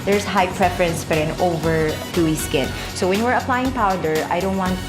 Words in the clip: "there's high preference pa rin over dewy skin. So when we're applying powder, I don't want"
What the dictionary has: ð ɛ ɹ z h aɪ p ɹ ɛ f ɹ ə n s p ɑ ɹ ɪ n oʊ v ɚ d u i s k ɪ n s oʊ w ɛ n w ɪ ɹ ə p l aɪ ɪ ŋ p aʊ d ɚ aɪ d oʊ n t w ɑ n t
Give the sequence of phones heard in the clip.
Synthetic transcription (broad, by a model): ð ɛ ɹ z h aɪ p ɹ ɛ f ɹ ə n s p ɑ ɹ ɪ n oʊ v ɚ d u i s k ɪ n s oʊ w ɛ n w ɪ ɹ ə p l aɪ ɪ ŋ p aʊ d ɚ aɪ d oʊ n t w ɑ n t